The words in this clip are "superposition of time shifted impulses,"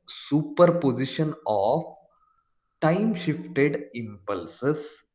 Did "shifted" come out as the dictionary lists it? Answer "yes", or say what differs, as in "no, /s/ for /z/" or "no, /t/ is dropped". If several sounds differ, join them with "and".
yes